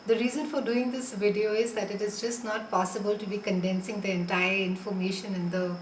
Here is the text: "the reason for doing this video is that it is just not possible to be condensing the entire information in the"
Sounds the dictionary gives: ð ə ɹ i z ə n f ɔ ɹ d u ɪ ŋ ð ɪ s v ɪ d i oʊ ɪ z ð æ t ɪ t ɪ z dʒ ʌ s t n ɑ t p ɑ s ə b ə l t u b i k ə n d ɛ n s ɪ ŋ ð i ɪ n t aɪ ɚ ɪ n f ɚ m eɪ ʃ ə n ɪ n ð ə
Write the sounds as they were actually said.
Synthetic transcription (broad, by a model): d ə ɹ i z ə n f ɔ ɹ d u ɪ ŋ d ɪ s v ɪ d i oʊ ɪ z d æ t ɪ t ɪ z dʒ ʌ s t n ɑ t p ɑ s ə b ə l t u b i k ə n d ɛ n s ɪ ŋ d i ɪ n t aɪ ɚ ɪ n f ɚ m eɪ ʃ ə n ɪ n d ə